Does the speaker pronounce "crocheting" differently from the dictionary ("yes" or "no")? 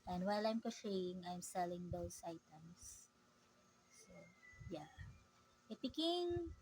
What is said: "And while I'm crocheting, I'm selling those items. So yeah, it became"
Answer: yes